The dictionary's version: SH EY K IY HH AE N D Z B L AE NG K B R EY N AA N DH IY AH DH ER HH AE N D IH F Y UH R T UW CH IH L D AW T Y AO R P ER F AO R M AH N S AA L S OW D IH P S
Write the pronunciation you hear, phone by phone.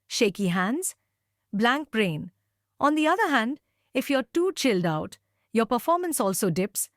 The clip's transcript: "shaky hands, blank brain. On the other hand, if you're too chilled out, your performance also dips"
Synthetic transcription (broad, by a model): SH EY K IY HH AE N D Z B L AE NG K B R EY N AA N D IY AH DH ER HH AE N D IH F Y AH R T UW CH IH L D AW T Y AO R P ER F AO R M AH N S AA L S OW D IH P S